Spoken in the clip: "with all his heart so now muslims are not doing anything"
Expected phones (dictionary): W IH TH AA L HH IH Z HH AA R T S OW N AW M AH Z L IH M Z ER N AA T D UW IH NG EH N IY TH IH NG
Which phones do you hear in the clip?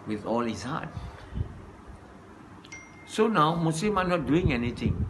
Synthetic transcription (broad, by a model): W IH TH AA L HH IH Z HH AA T S OW N AW M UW S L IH M AA N AA T D UW IH NG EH N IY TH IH NG